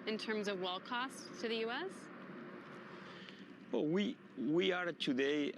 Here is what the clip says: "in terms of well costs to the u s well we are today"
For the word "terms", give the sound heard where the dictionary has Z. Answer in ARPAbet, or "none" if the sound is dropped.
Z